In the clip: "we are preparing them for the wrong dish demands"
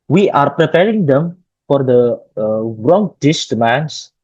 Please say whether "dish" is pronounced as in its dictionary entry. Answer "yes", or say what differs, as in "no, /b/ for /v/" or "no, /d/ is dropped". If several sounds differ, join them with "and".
no, /s/ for /ʃ/